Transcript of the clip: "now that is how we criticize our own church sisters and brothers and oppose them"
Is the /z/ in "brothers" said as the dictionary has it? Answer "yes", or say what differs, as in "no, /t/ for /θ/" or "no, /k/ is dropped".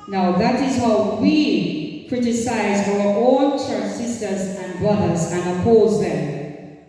yes